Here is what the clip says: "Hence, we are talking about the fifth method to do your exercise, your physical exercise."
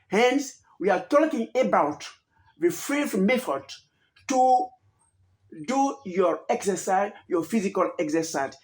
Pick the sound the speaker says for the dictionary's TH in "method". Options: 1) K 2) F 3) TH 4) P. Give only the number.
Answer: 2